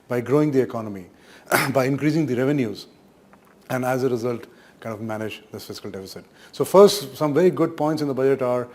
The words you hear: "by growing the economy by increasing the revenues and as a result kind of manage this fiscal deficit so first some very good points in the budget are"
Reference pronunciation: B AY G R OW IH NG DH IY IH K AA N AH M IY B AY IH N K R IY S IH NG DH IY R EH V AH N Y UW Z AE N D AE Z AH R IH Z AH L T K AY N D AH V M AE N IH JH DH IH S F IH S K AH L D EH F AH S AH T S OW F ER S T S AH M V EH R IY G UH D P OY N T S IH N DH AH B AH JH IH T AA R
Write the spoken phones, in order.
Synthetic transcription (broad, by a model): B AY G R OW IH NG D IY IH K AA N AH M IY B AY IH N K R IY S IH NG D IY R EH V AH N Y UW Z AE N D AE Z AH R IH Z AH L T K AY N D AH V M AE N IH JH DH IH S F IH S K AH L D EH F AH S AH T S OW F ER S T S AH M V EH R IY G UH D P OY N T S IH N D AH B AH JH IH T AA R